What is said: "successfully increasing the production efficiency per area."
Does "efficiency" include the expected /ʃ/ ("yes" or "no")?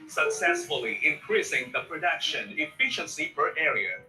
yes